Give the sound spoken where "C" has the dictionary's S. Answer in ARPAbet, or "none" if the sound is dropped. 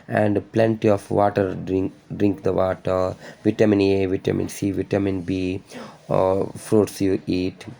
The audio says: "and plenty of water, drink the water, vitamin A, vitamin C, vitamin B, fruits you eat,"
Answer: S